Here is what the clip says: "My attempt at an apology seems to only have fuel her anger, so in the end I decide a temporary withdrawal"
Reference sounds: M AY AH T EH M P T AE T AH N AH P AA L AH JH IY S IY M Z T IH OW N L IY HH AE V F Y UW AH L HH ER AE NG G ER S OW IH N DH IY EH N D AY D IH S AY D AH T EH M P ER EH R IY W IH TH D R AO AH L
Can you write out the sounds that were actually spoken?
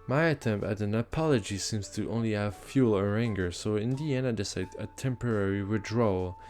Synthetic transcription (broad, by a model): M AY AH T EH M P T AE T AH N AH P AA L AH JH IY S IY M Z T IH OW N L IY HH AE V F Y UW L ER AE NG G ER S OW IH N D IY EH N AY D IH S AY D AH T EH M P ER EH R IY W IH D R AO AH L